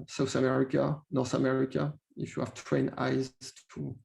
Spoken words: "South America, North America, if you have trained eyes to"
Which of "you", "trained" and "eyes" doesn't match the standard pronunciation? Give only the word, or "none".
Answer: trained